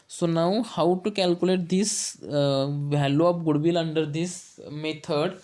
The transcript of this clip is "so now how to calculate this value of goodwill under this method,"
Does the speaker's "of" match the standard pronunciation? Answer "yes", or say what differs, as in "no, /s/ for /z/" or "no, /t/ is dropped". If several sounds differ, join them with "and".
no, /p/ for /v/